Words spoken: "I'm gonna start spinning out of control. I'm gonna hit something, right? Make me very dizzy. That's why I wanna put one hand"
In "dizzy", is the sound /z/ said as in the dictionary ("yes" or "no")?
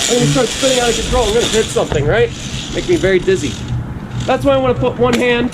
yes